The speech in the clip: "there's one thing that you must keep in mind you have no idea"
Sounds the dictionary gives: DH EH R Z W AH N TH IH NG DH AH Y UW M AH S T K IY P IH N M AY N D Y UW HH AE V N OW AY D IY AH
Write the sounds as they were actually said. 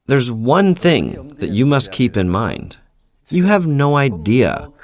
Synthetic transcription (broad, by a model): DH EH R Z W AH N TH IH NG DH AH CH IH M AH S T K IY P IH N M AY N D Y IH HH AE V N OW AY D IY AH